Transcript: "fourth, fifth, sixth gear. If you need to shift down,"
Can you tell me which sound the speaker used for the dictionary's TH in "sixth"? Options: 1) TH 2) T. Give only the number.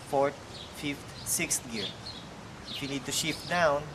2